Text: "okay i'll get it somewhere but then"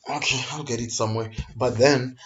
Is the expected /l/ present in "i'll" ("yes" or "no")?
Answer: yes